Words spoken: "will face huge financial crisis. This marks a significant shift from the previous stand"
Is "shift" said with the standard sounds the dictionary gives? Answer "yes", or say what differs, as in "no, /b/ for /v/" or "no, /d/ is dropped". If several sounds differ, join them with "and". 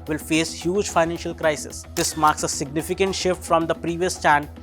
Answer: yes